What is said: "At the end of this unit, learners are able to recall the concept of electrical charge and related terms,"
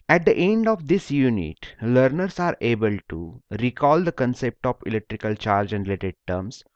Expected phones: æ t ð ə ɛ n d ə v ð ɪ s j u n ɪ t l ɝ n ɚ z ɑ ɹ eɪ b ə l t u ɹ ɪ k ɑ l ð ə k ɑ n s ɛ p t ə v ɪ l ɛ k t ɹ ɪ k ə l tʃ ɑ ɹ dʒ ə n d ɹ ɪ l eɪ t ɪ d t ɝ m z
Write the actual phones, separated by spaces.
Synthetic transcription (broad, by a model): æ t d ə ɛ n d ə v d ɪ s j u n ɪ t l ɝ n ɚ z ɑ ɹ eɪ b ə l t u ɹ ɪ k ɑ l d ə k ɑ n s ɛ p t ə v ɪ l ɛ k t ɹ ɪ k ə l tʃ ɑ ɹ dʒ ə n d ɹ ɪ l eɪ t ɪ d t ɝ m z